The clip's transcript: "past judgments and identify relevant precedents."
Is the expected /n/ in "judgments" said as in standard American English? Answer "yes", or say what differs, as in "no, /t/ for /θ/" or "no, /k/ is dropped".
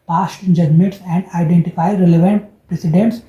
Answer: no, /n/ is dropped